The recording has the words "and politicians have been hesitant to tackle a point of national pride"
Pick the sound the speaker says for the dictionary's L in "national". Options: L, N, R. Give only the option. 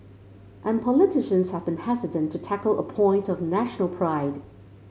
L